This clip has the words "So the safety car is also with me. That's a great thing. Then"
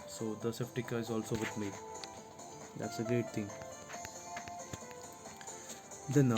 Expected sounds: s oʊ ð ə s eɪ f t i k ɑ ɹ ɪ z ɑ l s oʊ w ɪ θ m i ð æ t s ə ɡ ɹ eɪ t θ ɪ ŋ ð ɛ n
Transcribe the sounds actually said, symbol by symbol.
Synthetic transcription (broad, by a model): s oʊ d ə s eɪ p t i k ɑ ɪ z ɑ l s oʊ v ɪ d m i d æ t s ə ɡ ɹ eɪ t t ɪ ŋ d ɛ n